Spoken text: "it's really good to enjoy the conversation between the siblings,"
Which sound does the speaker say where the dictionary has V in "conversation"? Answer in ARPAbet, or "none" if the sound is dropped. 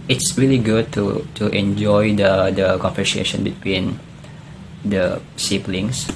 F